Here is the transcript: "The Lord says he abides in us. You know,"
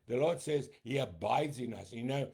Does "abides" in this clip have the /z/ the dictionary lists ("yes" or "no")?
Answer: yes